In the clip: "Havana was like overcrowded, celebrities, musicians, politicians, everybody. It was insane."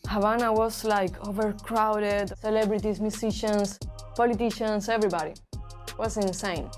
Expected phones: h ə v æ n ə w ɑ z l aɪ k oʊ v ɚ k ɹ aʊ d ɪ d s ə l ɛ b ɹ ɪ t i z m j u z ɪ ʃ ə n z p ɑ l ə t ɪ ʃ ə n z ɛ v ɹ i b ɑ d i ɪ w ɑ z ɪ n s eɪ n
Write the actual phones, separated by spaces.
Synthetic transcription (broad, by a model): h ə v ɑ n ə w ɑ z l aɪ k oʊ v ɚ k ɹ aʊ d ɪ d s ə l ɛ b ɹ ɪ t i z m j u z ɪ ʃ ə n s p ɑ l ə t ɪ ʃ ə n s ɛ v ɹ i b ɑ d i w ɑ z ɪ n s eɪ n